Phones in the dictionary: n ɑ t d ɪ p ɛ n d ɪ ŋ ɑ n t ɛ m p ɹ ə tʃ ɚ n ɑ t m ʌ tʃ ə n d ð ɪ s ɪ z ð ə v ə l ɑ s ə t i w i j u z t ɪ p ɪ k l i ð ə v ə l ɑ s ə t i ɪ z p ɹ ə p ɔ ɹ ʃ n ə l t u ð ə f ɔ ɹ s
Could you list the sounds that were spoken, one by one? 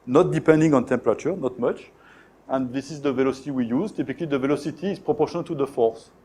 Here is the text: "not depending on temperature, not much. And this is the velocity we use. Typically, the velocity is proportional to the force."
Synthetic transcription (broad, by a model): n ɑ t d ɪ p ɛ n d ɪ ŋ ɑ n t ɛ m p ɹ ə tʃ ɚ n ɑ t m ʌ tʃ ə n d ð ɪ s ɪ z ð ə v ə l ɑ s ə t i w i j u z t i p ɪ k l i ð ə v ə l ɑ s ə t i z p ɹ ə p ɔ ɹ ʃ ə n t u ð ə f ɔ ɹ s